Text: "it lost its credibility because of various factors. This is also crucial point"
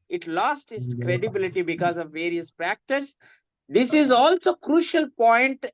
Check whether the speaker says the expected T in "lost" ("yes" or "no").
yes